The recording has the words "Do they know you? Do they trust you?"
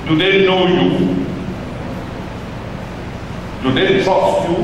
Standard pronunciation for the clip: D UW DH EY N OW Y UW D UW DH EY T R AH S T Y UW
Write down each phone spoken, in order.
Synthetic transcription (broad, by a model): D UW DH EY N OW Y UW D UW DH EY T AO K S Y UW